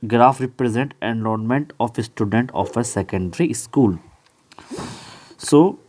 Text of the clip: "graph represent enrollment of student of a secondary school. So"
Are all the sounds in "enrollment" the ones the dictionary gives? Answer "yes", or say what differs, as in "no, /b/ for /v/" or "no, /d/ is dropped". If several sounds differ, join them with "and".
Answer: no, /l/ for /ɹ/ and /n/ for /l/